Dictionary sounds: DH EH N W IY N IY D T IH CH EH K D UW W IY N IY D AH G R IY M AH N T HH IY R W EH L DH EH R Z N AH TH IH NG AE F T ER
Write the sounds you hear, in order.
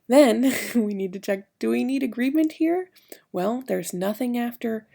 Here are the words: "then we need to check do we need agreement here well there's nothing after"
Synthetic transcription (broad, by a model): DH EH N W IY N IY D T IH CH EH K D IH W IY N IY D AH G R IY M AH N T HH IY R W EH L DH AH R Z N AH TH IH NG AE F T ER